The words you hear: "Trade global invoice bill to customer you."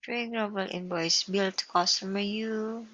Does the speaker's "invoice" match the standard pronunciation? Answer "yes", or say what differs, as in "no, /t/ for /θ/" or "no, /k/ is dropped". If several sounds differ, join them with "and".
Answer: no, /b/ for /v/